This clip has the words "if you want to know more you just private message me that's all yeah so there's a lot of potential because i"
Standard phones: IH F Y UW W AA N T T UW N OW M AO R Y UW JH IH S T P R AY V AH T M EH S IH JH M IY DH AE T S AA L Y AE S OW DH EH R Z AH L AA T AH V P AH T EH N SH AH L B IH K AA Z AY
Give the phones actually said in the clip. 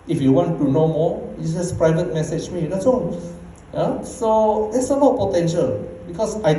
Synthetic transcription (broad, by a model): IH F Y UW W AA N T T UW N OW M AO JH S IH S P R AY V AH T M EH S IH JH M IY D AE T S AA N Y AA S OW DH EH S AH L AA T P AH T EH N SH AH L B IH K AA S AY